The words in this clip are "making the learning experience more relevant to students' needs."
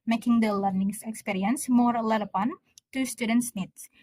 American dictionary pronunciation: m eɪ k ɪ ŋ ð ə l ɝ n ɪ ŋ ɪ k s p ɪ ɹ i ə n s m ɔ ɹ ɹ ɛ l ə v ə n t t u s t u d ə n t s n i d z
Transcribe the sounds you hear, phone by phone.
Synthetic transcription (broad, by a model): m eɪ k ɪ ŋ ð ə l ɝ n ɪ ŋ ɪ k s p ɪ ɹ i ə n s m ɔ ɹ l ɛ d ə p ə n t t u s t u d ə n t s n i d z